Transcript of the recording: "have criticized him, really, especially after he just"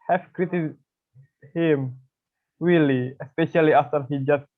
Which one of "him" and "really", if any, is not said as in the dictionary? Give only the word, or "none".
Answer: really